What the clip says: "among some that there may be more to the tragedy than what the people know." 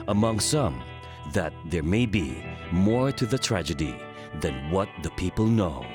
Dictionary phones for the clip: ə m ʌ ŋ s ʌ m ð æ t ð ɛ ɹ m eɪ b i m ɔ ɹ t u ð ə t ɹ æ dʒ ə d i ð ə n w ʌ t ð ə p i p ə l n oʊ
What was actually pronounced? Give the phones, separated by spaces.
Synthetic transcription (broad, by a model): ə m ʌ ŋ s ʌ m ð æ t ð ɛ ɹ m eɪ b i m ɔ ɹ t u ð ə t ɹ æ dʒ ə d i ð ə n w ʌ t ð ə p i p ə l n oʊ